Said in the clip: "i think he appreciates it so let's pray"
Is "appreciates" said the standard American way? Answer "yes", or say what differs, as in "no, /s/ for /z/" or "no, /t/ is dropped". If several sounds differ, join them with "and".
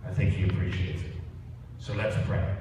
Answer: no, /s/ is dropped